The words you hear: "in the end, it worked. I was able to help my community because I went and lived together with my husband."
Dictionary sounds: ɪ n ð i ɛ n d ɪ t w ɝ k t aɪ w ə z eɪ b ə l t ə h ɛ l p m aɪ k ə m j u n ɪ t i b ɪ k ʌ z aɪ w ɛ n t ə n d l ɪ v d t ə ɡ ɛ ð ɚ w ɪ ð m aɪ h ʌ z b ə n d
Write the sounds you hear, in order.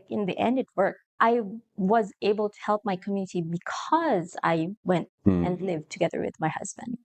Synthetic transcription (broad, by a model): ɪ n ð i ɛ n d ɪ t w ɝ k t aɪ w ə z eɪ b ə l t ə h ɛ l p m aɪ k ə m j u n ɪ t i b ɪ k ʌ z aɪ w ɛ n t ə n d l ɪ v t ə ɡ ɛ ð ɚ w ɪ ð m aɪ h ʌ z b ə n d